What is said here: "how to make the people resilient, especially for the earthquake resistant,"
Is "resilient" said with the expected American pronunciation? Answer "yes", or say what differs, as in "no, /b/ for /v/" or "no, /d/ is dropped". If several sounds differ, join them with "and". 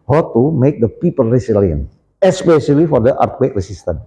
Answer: no, /s/ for /z/ and /t/ is dropped